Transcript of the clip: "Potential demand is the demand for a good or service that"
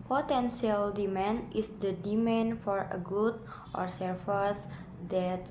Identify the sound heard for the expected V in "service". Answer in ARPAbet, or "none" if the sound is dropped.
F